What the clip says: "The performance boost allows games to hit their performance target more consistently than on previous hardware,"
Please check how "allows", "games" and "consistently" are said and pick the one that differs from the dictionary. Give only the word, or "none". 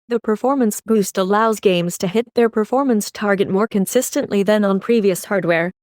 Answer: none